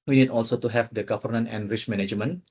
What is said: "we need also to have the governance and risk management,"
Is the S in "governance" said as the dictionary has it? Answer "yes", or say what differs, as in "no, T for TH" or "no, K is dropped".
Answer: no, S is dropped